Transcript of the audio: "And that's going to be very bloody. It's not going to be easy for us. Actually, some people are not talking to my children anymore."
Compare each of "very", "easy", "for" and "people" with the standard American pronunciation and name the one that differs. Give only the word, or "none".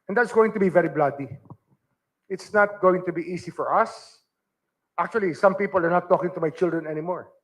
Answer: easy